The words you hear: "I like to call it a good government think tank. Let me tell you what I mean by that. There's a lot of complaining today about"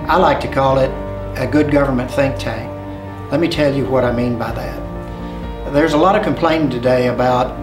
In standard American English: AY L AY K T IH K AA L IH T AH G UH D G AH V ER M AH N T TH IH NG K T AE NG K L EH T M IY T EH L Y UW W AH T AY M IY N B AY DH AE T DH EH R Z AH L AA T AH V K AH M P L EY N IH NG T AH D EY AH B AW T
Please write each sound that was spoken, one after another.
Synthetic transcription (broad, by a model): AY L AY K T IH K AA L IH T AH G UH D G AH V ER M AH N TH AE NG K T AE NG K L EH T M IY T EH L Y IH W AH T AY M IY N B AY DH AE T DH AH R Z AH L AA T AH V K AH M P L EY IH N T AH D EY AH B AW T